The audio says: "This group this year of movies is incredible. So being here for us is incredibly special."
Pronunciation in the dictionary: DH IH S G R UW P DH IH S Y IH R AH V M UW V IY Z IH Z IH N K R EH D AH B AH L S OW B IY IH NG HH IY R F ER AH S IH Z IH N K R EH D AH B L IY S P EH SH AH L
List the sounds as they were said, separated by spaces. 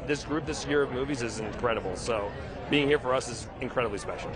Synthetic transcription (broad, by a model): DH IH S G R UW P DH IH S Y IH R AH V M UW V IY Z IH Z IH N K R EH D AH B L S OW B IY IH NG HH IY R F ER AH S IH Z IH N K R EH D AH B L IY S P EH SH L